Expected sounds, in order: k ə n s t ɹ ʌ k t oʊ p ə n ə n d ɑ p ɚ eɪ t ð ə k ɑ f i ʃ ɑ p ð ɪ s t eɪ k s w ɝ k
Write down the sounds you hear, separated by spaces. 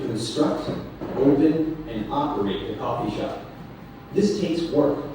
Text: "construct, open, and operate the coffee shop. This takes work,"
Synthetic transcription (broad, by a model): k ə n s t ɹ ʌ k t oʊ p ə n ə n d ɑ p ɚ eɪ t ð ə k ɑ f i ʃ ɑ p ð ɪ s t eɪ s w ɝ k